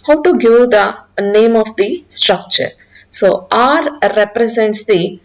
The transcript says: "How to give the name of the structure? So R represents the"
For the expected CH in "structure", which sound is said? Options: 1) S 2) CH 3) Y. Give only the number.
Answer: 2